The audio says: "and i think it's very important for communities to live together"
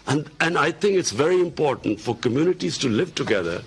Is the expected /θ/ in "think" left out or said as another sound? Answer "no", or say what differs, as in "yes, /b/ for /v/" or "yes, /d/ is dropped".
yes, /t/ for /θ/